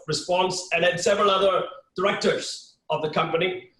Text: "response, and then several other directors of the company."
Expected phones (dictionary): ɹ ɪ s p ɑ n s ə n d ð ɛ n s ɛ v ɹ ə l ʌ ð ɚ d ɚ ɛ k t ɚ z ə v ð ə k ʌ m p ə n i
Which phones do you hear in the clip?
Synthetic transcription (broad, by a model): ɹ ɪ s p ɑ n s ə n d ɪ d s ɛ v ɹ ə l ʌ ð ɚ d ɚ ɛ k t ɚ z ə v ð ə k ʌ m p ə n i